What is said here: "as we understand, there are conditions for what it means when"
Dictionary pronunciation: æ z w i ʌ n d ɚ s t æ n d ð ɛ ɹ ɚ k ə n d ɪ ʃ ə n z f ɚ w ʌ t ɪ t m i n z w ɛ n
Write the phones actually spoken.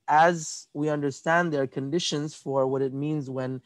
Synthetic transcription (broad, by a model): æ z w i ʌ n d ɚ s t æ n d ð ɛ ɹ k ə n d ɪ ʃ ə n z f ɚ w ʌ t ɪ t m i n z w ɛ n